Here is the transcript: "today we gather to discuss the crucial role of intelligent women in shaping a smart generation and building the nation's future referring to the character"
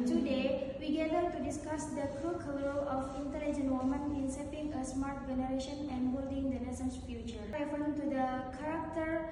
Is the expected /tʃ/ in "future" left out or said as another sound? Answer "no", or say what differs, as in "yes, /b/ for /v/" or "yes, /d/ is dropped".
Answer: no